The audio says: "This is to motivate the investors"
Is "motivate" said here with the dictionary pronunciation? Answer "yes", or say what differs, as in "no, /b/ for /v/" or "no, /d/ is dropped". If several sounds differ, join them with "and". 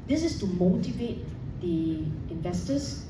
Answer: yes